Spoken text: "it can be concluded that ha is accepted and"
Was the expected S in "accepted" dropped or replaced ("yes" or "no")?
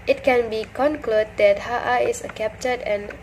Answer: yes